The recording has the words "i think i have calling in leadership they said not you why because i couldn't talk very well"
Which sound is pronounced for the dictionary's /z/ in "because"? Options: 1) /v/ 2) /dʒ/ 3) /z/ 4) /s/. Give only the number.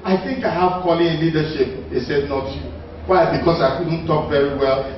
4